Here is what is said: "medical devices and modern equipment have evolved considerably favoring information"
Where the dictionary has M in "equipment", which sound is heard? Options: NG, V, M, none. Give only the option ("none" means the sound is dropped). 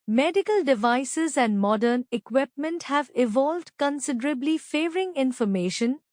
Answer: M